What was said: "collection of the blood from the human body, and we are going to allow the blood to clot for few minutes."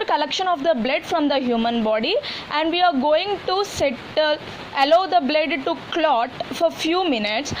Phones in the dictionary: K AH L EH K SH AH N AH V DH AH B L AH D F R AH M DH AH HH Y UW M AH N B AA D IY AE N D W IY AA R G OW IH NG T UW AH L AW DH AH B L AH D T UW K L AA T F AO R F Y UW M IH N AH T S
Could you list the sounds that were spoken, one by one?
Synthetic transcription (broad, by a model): K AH L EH K SH AH N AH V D AH B L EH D F R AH M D AH HH Y UW M AH N B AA D IY AE N D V IY AA R G OW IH NG T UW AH L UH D AH B L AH D T UW K L AA T F AO R F Y UW M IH N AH T S